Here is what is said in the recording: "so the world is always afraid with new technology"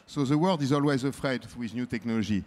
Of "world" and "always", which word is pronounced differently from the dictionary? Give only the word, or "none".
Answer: none